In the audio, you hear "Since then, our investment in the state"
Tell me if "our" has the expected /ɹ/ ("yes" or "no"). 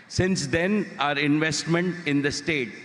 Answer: yes